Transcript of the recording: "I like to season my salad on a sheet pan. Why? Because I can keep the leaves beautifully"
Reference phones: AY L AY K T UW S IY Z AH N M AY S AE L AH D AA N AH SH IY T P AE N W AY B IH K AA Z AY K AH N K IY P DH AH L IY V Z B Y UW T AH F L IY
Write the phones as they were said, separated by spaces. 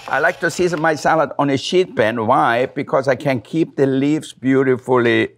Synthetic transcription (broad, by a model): AY L AY K T UW S IY Z AH N M AY S AE L AH D AA N AH SH IY T B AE N W AY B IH K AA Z AY K AH N K IY P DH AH L IY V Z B Y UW T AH F L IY